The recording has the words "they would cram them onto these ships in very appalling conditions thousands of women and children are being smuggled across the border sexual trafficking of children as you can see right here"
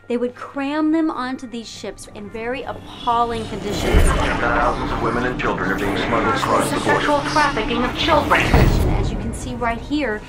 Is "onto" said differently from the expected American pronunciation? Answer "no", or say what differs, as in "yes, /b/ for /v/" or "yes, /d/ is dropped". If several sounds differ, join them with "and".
no